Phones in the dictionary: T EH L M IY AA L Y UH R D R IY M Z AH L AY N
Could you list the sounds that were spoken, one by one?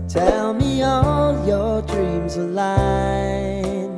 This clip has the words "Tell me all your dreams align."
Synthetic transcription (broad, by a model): T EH L M IY AA L Y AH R D R IY M Z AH L AY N